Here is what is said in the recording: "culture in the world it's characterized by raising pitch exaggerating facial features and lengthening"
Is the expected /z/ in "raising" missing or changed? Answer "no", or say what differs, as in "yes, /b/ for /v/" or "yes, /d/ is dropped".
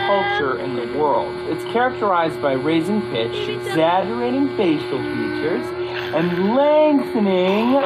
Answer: no